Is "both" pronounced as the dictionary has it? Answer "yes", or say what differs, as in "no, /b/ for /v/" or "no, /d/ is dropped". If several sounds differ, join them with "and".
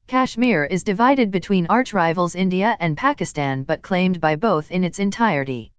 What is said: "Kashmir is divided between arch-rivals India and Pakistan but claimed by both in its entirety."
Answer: yes